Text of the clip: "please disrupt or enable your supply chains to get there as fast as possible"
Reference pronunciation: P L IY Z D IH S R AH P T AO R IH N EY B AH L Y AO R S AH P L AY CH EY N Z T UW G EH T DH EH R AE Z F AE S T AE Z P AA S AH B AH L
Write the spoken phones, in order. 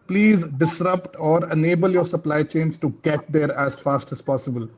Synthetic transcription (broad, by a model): P L IY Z D IH S R AH P T AO R IH N EY B AH L Y AO R S AH P L AY CH EY N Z T UW G EH T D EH R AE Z F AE S T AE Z P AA S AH B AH L